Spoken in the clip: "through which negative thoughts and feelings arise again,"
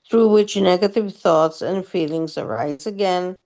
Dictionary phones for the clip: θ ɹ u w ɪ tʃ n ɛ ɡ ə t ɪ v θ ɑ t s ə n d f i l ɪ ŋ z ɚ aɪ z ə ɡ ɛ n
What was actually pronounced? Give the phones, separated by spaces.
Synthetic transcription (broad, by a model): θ ɹ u w ɪ tʃ n ɛ ɡ ə t ɪ v θ ɑ t s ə n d f i l ɪ ŋ z ɚ aɪ z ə ɡ ɛ n